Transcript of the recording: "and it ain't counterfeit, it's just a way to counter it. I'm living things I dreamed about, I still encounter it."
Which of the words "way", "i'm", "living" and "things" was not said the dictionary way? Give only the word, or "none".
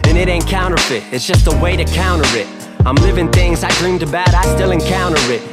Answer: none